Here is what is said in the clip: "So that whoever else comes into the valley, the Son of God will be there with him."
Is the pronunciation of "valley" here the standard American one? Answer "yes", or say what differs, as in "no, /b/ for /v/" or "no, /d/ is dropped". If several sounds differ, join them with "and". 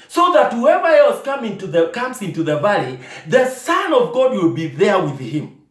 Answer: yes